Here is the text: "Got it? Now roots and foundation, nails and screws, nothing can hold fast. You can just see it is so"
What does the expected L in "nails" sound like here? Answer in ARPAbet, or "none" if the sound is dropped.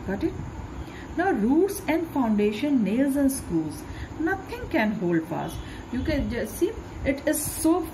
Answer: L